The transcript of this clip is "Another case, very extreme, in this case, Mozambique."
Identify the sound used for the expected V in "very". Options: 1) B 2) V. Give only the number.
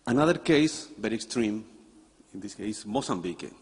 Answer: 1